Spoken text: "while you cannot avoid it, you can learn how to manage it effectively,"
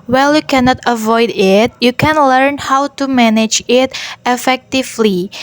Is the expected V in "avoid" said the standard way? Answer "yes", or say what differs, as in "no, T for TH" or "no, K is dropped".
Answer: yes